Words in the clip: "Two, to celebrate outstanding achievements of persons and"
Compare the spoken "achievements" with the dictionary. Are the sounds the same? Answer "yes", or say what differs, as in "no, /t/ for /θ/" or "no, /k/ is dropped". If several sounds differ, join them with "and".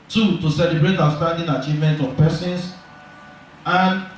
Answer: no, /s/ is dropped